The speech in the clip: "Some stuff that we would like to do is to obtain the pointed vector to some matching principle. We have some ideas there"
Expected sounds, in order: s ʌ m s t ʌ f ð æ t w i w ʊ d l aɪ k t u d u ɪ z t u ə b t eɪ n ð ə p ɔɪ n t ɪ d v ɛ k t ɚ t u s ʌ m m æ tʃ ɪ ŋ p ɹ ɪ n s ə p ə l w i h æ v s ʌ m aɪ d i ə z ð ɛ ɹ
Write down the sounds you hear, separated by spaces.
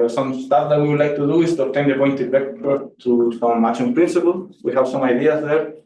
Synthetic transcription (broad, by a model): s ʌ m s t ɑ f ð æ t w i w ʊ d l aɪ k t u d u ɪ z t u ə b t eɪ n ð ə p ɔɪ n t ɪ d b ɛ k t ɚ t u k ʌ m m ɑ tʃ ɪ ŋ p ɹ ɪ n s ə p ə l w i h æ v s ʌ m aɪ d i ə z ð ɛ ɹ